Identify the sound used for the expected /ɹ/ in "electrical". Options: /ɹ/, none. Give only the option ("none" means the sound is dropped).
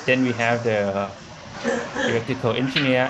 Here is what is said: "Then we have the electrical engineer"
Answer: none